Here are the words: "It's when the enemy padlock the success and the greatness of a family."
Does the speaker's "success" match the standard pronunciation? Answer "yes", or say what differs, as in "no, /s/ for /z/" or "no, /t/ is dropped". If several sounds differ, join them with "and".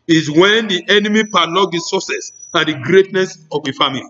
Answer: no, /k/ is dropped